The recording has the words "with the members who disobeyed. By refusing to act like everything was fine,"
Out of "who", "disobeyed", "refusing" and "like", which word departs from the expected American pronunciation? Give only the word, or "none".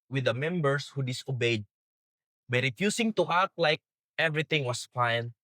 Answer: refusing